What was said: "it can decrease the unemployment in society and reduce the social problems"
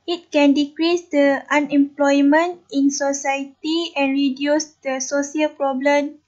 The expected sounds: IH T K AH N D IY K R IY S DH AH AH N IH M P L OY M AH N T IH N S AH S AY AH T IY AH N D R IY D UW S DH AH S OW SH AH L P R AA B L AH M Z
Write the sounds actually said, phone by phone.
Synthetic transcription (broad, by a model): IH T K AH N D IY K R IY S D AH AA N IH M P L OY M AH N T IH N S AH S AY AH T IY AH N R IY D UW S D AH S OW S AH L P R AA B L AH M